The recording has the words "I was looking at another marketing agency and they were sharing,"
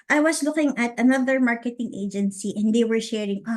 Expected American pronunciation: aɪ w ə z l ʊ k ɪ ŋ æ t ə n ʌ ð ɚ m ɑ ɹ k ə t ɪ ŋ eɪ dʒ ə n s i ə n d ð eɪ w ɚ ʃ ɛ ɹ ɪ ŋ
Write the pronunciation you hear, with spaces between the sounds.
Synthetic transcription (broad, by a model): aɪ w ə s l ʊ k ɪ ŋ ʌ t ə n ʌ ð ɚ m ɑ ɹ k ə t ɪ ŋ eɪ dʒ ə n s i ə n d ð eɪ w ɚ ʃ ɛ ɹ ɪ ŋ